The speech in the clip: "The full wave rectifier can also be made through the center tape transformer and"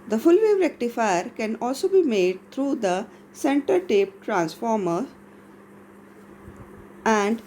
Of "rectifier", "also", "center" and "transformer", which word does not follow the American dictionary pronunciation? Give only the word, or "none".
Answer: none